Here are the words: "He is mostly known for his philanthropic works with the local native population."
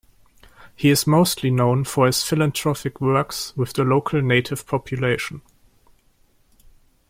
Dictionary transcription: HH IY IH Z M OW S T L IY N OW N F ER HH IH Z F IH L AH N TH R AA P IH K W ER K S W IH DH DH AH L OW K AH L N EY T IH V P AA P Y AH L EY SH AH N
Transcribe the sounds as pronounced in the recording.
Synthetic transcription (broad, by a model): HH IY IH Z M OW S T L IY N OW N F ER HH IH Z F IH L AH N T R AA F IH K W ER K S W IH DH DH AH L OW K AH L N EY T IH V P AA P Y AH L EY SH AH N